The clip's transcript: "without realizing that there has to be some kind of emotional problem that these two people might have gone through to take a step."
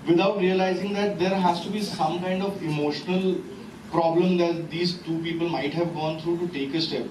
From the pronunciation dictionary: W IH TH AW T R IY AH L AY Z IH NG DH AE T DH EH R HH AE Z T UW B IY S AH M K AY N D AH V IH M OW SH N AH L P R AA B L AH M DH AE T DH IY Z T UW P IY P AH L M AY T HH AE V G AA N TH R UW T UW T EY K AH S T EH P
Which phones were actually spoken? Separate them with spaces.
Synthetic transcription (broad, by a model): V IH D AW T R IY AH L AY Z IH NG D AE T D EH R HH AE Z T UW B IY S AH M K AY N D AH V IH M OW SH N AH L P R AA B L AH M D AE T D IY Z T UW P IY P AH L M AY T HH AE V G AA N T R UW T UW T EY K AH S T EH P